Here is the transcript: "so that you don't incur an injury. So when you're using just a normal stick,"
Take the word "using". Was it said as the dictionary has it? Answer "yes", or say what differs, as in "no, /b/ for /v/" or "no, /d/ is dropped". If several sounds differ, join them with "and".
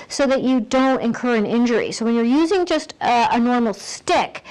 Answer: yes